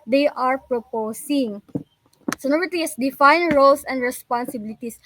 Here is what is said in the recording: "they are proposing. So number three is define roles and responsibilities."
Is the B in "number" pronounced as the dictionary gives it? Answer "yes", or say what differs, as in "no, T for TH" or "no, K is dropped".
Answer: no, B is dropped